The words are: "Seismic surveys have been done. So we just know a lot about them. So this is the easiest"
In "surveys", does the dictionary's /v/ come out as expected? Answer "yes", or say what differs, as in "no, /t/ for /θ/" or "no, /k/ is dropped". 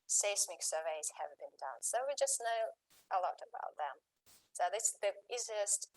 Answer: yes